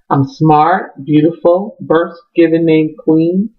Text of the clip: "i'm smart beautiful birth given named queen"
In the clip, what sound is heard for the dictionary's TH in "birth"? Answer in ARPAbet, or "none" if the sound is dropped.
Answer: S